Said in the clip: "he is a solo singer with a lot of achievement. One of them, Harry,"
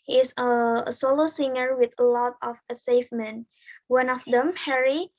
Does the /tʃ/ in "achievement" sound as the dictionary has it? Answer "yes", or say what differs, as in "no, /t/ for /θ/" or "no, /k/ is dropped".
no, /s/ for /tʃ/